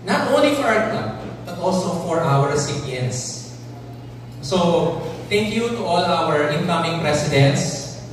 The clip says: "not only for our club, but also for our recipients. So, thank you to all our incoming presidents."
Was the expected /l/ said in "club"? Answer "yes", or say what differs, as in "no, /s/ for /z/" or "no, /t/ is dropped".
no, /l/ is dropped